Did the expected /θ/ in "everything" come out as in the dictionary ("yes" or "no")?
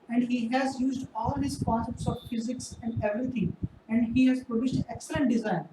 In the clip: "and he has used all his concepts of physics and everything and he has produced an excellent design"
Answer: no